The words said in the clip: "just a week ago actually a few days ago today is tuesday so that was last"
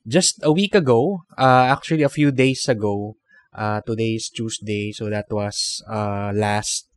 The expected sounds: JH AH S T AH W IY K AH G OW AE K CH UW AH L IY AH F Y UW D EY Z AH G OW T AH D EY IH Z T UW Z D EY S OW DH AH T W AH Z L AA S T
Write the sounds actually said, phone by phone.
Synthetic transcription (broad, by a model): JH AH S T AH W IY K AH G OW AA K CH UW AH L IY AH F Y UW D EY S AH G OW T AH D EY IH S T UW S D EY S OW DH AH T W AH S L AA S T